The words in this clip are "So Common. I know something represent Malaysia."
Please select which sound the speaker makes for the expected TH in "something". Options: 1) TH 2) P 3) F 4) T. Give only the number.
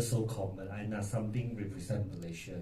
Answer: 4